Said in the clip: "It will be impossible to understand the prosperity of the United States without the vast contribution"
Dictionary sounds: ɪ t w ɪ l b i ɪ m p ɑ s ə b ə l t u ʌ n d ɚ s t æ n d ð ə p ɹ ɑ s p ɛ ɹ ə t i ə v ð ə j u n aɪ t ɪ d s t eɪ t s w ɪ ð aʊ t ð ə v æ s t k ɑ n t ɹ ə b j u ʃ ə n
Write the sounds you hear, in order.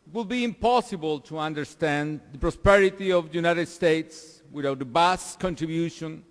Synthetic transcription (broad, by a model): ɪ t w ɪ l b i ɪ m p ɑ s ə b ə l t u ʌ n d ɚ s t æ n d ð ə p ɹ ɑ s p ɛ ɹ ə t i ə v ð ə j u n aɪ t ɪ d s t eɪ t s w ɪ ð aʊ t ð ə b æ s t k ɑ n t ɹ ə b j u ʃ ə n